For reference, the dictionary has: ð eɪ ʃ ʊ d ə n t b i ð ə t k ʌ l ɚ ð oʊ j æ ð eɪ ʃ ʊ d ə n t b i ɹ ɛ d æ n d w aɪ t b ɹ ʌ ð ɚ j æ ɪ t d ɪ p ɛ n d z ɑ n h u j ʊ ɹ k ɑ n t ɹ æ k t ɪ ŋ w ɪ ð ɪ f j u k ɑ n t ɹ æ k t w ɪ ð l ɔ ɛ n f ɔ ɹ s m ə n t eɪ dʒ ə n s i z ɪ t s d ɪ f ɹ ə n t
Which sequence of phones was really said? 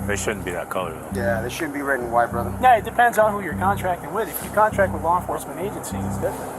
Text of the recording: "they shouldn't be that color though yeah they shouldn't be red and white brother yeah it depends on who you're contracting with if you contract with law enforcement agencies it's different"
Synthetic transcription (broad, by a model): ð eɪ ʃ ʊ d n b i ð ə t k ʌ l ɚ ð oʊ j æ ð eɪ ʃ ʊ d n b i ɹ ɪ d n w aɪ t b ɹ ʌ ð ɚ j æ ɪ t d ɪ p ɛ n d z n h u j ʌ ɹ k ɑ n t ɹ æ k t ɪ ŋ w ɪ ð ɪ f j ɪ k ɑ n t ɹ æ k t w ɪ ð l ɔ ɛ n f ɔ ɹ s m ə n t eɪ dʒ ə n s i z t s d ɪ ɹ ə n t